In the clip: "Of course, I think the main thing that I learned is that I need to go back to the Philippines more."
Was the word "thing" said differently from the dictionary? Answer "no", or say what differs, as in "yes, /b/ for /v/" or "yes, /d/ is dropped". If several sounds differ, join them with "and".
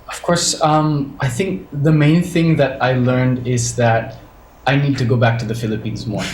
no